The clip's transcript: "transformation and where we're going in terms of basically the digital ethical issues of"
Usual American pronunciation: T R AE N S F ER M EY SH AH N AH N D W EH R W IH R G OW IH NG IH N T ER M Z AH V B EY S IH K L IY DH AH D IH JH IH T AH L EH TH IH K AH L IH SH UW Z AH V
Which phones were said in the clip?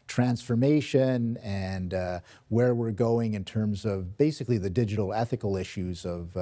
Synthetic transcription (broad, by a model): T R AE N S F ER M EY SH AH N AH N W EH R W IH R G OW IH NG IH N T ER M Z AH V B EY S IH K L IY DH AH D IH JH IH T L EH TH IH K L IH SH UW Z AH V